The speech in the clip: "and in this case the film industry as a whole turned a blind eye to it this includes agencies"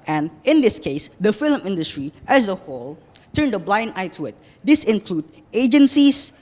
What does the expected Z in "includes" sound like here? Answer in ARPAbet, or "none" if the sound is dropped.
none